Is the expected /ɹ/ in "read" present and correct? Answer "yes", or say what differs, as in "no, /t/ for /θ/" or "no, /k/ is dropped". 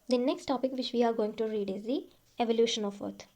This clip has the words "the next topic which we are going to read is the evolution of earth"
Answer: yes